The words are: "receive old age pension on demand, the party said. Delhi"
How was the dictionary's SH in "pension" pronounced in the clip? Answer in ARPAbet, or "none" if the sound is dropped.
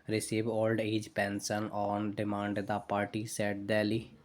S